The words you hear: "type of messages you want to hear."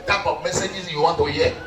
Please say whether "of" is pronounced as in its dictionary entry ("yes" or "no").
no